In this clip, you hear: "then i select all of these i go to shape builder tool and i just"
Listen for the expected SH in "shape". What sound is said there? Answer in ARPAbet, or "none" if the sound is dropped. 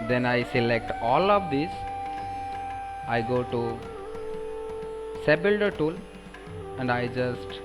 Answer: S